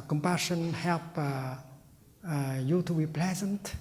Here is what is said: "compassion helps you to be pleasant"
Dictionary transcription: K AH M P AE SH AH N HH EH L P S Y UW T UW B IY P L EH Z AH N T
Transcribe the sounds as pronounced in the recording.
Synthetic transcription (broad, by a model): K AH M P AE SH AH N HH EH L P Y UW T UW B IY P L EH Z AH N T